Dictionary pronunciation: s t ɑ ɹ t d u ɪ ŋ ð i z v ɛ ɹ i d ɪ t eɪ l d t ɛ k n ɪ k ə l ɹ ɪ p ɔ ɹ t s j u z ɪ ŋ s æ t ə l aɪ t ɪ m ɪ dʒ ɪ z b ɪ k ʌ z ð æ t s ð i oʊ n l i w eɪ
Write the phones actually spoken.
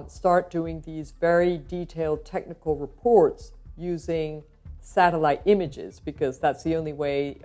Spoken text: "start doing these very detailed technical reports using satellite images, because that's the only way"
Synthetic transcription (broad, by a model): s t ɑ ɹ t d u ɪ ŋ ð i z v ɛ ɹ i d ɪ t eɪ l d t ɛ k n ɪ k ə l ɹ ɪ p ɔ ɹ t s j u z ɪ ŋ s æ t ə l aɪ t ɪ m ɪ dʒ ɪ z b ɪ k ʌ z ð æ t s ð i oʊ n l i w eɪ